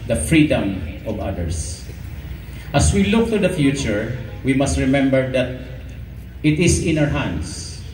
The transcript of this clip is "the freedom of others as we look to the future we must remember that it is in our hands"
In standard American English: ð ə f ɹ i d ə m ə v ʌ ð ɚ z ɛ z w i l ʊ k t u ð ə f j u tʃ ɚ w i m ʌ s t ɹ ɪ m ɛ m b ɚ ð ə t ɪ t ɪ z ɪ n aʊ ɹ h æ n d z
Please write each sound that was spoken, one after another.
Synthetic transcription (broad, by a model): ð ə f ɹ i d ə m ə v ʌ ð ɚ s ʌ s w i l ʊ k t u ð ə f j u tʃ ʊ w i m ʌ s t ɹ ɪ m ɛ m b ɚ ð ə t ɪ t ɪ s ɪ n aʊ ɹ h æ n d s